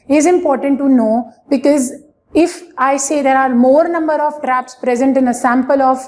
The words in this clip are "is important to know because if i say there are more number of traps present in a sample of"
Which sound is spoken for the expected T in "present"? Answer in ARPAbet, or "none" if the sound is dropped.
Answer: T